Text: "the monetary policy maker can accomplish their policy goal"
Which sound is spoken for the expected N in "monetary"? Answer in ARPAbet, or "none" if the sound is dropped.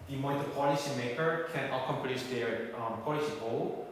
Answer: none